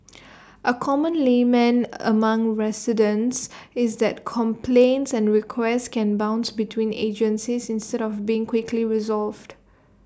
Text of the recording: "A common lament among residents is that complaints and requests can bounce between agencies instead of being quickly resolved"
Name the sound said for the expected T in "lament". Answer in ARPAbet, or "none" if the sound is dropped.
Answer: none